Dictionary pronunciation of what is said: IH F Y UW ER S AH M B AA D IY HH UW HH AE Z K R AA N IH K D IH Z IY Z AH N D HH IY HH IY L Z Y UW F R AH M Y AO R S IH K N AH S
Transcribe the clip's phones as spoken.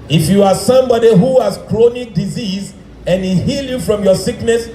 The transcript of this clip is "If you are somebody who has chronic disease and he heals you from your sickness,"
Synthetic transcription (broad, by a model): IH F Y UW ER S AH M B AA D IY HH UW HH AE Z K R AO N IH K D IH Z IY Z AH N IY HH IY L Y UW F R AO M Y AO S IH K N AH S